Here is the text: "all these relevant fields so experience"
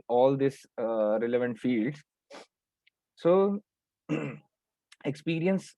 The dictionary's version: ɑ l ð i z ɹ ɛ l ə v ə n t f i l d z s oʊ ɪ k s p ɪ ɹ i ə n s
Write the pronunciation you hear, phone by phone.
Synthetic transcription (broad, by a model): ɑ l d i s ɹ ɛ l ə v ə n t f i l d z s oʊ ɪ k s p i ɹ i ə n s